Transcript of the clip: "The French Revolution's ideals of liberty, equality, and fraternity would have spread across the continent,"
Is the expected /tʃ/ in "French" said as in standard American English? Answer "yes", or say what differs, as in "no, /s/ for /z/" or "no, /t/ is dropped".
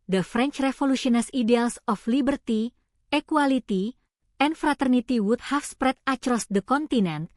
yes